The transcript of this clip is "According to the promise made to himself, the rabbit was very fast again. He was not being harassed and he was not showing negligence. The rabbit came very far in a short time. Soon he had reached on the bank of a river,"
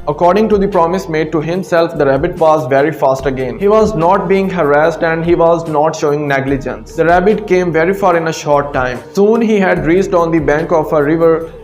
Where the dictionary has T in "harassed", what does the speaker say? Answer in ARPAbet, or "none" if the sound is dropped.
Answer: T